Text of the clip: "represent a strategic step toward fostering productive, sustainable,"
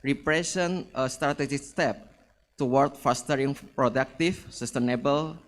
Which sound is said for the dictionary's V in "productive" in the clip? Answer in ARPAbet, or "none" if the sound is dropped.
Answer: F